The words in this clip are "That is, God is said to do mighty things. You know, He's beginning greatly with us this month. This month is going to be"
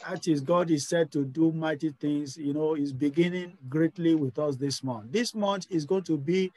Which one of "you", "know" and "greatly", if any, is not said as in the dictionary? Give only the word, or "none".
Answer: none